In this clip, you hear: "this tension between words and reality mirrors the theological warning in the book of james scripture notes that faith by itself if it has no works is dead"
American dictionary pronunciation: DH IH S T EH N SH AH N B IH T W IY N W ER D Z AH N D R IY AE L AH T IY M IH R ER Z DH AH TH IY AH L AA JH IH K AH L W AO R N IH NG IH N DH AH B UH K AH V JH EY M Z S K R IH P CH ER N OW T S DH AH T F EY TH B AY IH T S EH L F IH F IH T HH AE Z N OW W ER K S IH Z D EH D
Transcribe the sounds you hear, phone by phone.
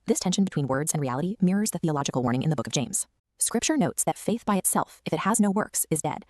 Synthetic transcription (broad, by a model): DH IH S T EH N SH N B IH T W IY N W ER D Z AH N R IY AE L AH T IY M IH R ER Z DH AH TH IY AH L AA JH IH K L W AO R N IH NG IH N DH AH B UH K AH V JH EY M Z S K R IH P CH ER N OW T S DH AH T F EY TH B AY IH T S EH L F IH F IH T HH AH Z N OW W ER K S IH Z D EH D